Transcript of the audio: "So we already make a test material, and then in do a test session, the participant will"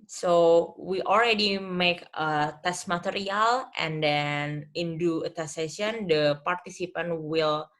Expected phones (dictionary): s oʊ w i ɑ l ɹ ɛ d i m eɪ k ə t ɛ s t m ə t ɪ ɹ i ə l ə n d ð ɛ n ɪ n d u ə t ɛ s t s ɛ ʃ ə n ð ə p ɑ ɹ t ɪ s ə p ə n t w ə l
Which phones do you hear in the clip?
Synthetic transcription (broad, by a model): s oʊ w i ɑ l ɹ ɛ d i m eɪ k ə t ɛ s t m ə t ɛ ɹ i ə l ə n d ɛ n ɪ n d u ə t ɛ s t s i ə n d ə p ɑ ɹ t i s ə p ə n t w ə l